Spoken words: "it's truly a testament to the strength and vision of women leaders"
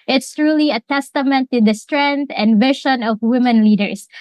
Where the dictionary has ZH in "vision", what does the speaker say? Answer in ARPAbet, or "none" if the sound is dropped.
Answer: SH